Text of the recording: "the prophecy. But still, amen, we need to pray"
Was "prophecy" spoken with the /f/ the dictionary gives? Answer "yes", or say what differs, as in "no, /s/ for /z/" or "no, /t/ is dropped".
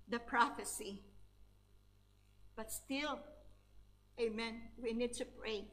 yes